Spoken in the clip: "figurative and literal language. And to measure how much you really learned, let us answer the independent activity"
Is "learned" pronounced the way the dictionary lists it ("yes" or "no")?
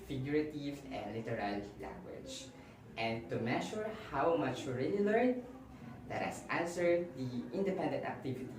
no